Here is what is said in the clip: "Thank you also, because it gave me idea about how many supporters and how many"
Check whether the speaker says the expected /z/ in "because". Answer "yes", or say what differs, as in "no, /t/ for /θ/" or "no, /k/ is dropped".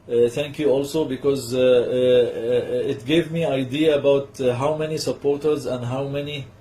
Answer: yes